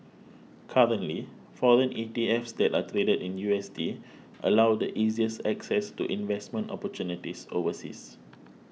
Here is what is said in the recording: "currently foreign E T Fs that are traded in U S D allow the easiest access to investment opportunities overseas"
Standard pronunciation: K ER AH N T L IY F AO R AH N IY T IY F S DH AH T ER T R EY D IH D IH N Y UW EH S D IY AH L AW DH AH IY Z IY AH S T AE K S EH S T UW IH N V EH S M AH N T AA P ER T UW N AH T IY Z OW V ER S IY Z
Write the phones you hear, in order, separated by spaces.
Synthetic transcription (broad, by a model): K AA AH N T L IY F AO R AH N IY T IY F S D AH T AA T R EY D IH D IH N Y UW EH S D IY AH L AW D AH IY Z IY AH S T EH K S EH S T UW IH N V EH S M AH N T AA P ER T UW N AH T IY S OW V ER S IY S